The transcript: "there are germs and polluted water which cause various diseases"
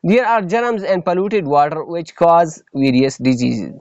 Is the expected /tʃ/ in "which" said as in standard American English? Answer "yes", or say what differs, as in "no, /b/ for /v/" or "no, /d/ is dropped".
yes